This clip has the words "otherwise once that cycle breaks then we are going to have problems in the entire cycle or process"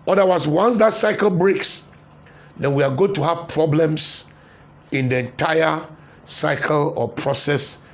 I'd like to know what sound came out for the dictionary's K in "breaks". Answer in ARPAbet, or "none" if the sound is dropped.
K